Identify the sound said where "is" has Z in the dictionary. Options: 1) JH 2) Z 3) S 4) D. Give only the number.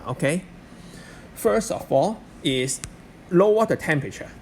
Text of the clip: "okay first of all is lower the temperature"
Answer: 3